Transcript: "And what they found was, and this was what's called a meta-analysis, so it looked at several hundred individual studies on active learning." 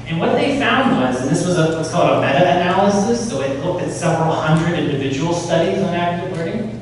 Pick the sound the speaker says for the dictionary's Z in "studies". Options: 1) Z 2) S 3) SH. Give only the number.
1